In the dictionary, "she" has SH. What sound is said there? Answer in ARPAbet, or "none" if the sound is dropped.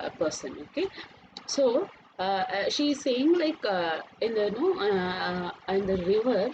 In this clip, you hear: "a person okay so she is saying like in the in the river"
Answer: SH